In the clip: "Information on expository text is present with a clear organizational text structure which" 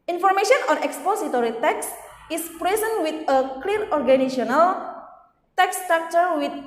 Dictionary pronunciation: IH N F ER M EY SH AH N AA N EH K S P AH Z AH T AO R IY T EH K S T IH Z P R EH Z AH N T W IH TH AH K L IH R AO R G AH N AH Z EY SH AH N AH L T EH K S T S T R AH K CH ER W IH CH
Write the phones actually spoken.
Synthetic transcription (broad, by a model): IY N F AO M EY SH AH N AA N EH K S P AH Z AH T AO R IY T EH K S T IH S P R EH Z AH N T W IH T AH K L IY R AO R G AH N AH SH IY AH N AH L T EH K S S T R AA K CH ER W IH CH